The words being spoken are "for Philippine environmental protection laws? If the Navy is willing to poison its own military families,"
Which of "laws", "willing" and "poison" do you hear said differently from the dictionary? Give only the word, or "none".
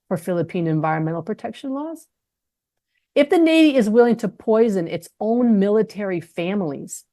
none